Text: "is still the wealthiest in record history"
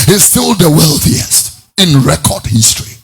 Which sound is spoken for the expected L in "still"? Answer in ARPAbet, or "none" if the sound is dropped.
L